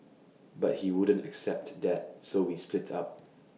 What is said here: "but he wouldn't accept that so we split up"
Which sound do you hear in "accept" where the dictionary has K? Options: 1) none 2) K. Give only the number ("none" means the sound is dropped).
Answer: 2